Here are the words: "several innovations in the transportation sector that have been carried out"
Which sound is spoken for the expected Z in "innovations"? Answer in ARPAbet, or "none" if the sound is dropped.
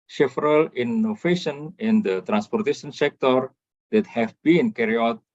none